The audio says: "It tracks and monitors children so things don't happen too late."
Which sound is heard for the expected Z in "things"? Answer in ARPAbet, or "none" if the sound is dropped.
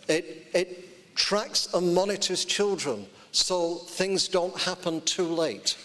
Z